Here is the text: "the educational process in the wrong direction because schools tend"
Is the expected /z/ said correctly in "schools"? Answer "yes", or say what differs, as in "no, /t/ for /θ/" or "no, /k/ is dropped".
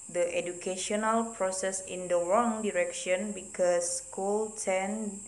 no, /z/ is dropped